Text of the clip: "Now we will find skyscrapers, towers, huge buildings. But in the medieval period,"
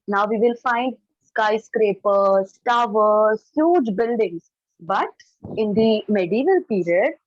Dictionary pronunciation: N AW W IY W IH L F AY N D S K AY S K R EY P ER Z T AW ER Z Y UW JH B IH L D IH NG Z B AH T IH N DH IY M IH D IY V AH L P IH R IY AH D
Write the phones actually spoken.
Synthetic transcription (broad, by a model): N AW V IY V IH L F AY N D S K AY S K R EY P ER S T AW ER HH Y UW JH B IH L D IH NG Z B AH T IH N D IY M IH D IY V AH L P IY R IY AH D